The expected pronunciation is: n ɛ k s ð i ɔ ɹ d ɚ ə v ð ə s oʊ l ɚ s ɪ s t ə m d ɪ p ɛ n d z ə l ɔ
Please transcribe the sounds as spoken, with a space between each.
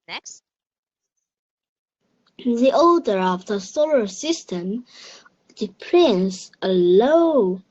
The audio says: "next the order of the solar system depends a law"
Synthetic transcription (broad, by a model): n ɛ k s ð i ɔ l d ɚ ə v ð ə s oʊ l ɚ s ɪ s t ə m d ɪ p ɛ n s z ə l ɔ